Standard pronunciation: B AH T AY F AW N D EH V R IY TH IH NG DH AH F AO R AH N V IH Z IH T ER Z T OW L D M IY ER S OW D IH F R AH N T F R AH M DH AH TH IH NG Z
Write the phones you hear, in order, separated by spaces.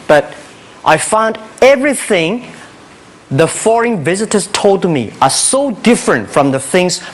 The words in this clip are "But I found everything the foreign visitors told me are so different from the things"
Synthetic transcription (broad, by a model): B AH T AY F AW N D EH V R IY TH IH NG DH AH F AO R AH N V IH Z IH T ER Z T OW L D M IY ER S OW D IH F R AH N T F R AH M DH AH TH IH NG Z